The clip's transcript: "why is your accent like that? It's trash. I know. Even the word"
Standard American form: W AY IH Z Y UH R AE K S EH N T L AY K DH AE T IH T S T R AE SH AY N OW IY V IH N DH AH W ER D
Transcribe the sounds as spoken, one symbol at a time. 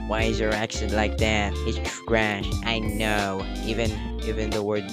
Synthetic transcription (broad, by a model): W AY IH Z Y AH R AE K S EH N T L AY K DH AE T IH T S S R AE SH AY N OW IY V IH N DH AH W ER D